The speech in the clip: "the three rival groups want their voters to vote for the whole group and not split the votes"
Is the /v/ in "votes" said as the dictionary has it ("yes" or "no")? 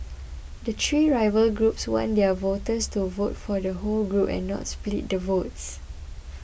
yes